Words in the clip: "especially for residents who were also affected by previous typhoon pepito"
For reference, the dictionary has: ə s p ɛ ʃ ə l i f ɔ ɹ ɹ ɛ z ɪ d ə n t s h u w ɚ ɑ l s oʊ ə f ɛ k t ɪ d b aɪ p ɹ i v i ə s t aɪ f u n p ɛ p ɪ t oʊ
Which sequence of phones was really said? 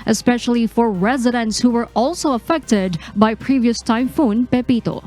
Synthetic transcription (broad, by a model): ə s p ɛ ʃ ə l i f ɔ ɹ ɹ ɛ z ɪ d ə n t s h u w ɚ ɑ l s oʊ ə f ɛ k t ɪ d b aɪ p ɹ i v i ə s t aɪ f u n p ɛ p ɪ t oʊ